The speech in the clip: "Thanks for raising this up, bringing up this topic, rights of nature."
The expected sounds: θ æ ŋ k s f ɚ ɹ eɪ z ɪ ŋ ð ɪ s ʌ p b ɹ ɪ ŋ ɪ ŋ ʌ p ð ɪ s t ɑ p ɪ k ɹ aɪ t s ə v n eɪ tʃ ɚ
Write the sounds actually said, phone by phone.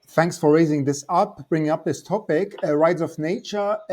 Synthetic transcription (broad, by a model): θ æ ŋ k s f ɚ ɹ eɪ z ɪ ŋ ð ɪ s ʌ p b ɹ ɪ ŋ ɪ ŋ ʌ p ð ɪ s t ɑ p ɪ k ɹ aɪ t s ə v n eɪ tʃ ɚ